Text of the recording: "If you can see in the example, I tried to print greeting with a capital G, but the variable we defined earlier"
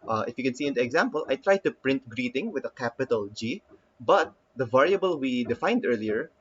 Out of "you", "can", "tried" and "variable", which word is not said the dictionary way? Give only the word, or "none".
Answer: none